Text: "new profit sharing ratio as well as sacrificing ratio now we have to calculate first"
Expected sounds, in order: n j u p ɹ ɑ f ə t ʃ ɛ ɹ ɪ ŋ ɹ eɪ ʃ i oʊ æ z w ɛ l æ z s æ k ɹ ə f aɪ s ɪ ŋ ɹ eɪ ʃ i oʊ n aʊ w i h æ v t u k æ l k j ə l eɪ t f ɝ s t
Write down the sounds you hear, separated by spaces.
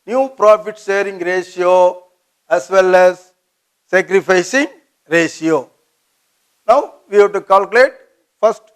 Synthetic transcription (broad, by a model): n j u p ɹ ɑ f ə t s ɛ ɹ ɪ ŋ ɹ eɪ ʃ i oʊ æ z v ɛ l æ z s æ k ɹ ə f aɪ s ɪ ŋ ɹ eɪ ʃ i oʊ n aʊ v i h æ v t u k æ l k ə l eɪ t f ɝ s t